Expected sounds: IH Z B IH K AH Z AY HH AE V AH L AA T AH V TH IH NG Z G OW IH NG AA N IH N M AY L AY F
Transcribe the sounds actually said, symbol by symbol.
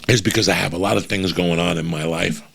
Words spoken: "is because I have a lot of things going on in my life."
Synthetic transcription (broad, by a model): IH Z B IH K AH Z AY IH V AH L AA T AH V TH IH NG Z G OW IH NG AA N IH N M AY L AY F